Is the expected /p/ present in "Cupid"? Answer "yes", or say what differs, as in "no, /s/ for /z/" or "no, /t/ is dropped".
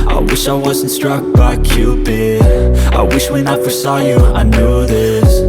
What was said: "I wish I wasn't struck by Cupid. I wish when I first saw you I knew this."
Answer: no, /b/ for /p/